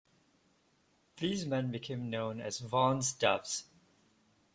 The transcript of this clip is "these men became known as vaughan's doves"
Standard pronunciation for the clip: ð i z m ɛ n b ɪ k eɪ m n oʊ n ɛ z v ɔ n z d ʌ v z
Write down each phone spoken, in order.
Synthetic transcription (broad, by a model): ð i z m ɛ n b ɪ k eɪ m n oʊ n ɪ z v ɔ n z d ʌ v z